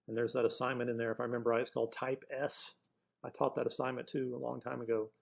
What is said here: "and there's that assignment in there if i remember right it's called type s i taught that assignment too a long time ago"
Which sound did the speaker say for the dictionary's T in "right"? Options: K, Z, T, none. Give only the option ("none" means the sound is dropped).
none